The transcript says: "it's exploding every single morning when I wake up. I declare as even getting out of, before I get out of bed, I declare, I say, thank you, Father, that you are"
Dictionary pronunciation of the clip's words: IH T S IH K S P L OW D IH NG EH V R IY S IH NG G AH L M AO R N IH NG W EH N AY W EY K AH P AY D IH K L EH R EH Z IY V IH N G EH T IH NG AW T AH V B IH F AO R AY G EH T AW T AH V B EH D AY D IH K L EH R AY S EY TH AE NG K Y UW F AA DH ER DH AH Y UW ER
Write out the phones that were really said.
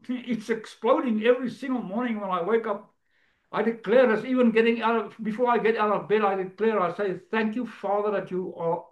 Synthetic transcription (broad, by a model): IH T S IH K S P L OW D IH NG EH V R IY S IH NG G AH L M AO R N IH NG W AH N AY W EY K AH P AY D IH K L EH R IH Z IY V IH N G EH T IH NG AW T AH V B IH F AO R AY G EH T AW T AH V B EH D AY D IH K L EH R AY S EY TH AE NG K Y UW F AA DH ER DH AH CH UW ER